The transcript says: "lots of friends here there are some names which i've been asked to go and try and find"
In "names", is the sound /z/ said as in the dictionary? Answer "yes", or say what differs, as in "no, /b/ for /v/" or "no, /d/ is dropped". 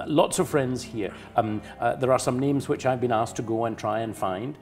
yes